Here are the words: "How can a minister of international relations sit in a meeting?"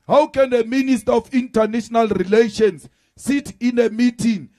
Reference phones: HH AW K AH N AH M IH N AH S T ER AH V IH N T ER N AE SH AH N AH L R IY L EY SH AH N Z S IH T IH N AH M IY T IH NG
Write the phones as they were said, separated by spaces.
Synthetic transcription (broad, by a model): HH AW K AH N AH M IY N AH S T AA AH F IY N T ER N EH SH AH N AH L R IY L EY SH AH N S S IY T IH N AH M IY T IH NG